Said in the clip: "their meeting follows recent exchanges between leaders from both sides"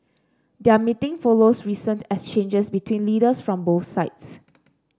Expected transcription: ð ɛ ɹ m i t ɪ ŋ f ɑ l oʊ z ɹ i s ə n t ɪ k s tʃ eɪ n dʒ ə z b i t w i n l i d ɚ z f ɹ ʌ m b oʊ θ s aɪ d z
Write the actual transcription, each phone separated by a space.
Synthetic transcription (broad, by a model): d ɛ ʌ m i t ɪ ŋ f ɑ l oʊ s ɹ i s ə n t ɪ s tʃ eɪ n dʒ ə s b i t w i n l i d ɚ s f ɹ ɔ m b oʊ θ s aɪ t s